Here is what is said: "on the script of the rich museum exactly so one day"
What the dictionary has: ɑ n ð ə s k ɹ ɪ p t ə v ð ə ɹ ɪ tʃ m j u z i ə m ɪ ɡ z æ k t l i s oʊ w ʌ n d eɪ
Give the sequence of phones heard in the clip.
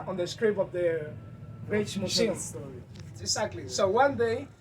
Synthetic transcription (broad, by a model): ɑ n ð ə s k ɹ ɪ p ə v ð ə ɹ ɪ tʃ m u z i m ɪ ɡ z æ k t l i s oʊ w ʌ n d eɪ